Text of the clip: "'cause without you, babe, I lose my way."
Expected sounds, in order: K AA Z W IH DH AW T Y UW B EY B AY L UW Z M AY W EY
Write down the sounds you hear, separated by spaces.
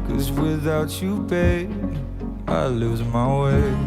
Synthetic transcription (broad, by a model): K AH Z W IH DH AW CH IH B EY AY L UW Z M AY W EY